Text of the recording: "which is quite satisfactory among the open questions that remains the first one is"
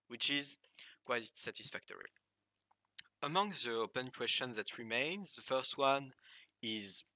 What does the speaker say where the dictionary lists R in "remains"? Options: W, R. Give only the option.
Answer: R